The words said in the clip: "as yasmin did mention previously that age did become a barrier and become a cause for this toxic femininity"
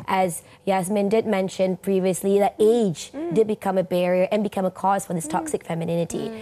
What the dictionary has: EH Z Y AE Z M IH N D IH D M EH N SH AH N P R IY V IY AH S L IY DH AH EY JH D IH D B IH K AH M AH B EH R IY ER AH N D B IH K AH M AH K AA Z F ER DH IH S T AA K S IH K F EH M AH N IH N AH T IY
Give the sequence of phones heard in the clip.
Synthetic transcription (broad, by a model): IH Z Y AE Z M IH N D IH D M EH N SH AH N P R IY V IY AH S L IY DH AH EY JH D IH D B IH K AH M AH B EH R IY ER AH N B IH K AH M AH K AA Z F ER DH IH S T AA K S IH K F EH M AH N IH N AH T IY